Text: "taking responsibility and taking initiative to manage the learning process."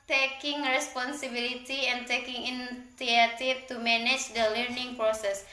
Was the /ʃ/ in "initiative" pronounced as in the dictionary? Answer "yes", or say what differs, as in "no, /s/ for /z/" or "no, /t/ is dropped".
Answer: no, /ʃ/ is dropped